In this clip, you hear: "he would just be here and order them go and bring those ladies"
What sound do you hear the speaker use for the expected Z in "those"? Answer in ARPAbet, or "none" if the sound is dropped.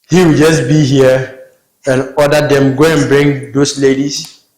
S